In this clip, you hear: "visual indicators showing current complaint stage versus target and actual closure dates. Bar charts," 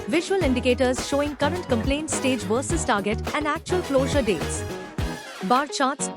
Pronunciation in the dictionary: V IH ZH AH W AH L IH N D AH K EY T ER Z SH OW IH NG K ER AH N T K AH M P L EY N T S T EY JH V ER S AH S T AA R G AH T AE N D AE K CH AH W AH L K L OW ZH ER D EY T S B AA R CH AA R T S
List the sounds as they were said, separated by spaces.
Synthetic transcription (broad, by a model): V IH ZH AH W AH L IH N D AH K EY T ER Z SH OW IH NG K ER AH N T K AH M P L EY N T S T EY JH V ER S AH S T AA R G AH T AE N D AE K CH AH AH L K L OW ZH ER D EY T S B AA R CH AA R T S